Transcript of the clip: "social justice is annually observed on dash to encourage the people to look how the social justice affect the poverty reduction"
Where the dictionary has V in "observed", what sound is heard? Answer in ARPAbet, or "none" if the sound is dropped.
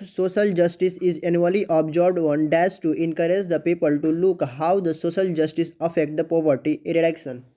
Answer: B